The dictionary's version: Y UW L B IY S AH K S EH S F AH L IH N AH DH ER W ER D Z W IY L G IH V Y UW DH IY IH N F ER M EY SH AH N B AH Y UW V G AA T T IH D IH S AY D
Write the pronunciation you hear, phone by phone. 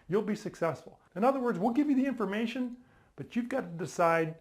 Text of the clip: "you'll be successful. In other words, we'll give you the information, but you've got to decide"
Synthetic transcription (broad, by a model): Y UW L B IY S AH K S EH S F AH L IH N AH DH ER W ER D Z W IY L G IH V Y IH DH IY IH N F ER M EY SH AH N B AH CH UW V G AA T T IH D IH S AY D